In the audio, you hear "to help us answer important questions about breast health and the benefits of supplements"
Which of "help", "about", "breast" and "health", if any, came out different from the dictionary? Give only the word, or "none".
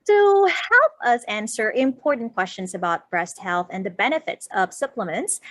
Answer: none